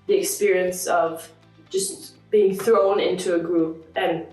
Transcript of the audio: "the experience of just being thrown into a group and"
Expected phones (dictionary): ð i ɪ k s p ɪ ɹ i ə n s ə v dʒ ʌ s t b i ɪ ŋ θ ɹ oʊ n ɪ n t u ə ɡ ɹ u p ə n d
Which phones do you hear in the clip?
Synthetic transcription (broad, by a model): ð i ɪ k s p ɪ ɹ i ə n s ə v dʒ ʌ s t b i ɪ ŋ θ ɹ oʊ n ɪ n t u ə ɡ ɹ u p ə n